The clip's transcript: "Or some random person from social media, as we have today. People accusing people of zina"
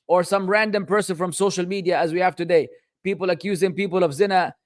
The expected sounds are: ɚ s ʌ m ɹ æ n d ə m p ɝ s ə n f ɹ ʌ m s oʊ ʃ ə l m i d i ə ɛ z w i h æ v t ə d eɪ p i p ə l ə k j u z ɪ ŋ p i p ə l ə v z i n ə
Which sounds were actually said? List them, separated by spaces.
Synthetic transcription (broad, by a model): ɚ s ʌ m ɹ æ n d ə m p ɝ s ə n f ɹ ʌ m s oʊ ʃ ə l m i d i ə z w i h æ v t ə d eɪ p i p ə l ə k j u z ɪ ŋ p i p ə l ə v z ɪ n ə